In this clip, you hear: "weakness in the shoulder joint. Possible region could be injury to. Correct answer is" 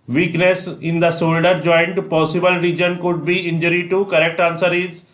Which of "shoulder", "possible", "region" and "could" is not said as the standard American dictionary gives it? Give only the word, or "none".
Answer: shoulder